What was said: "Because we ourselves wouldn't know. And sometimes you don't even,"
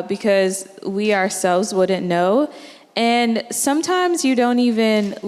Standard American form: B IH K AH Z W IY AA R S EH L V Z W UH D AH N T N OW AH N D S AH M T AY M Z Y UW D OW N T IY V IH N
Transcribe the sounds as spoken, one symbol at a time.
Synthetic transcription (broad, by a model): B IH K AH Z W IY AA R S EH L V Z W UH D N N OW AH N S AH M T AY M Z Y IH D OW N T IY V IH N